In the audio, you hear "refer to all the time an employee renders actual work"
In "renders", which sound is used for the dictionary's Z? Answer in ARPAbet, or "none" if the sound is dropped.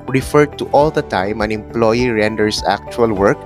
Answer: S